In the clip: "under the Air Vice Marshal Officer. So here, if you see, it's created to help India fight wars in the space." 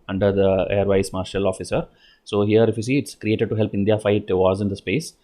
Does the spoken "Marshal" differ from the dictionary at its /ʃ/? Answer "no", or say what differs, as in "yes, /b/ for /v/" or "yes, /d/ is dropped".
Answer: no